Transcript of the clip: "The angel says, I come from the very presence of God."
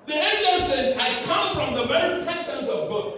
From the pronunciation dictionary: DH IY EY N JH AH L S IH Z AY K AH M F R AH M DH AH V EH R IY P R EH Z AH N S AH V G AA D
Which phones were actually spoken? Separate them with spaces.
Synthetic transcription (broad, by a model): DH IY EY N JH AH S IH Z AY K AH M F R AH M DH AH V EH R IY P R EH S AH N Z AH V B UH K